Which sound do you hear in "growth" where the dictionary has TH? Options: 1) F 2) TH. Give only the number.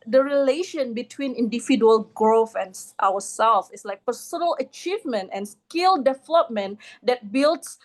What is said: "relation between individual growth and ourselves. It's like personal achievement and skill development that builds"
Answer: 1